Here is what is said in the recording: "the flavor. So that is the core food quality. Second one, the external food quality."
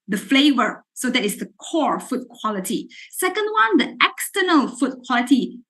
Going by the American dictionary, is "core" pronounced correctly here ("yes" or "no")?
yes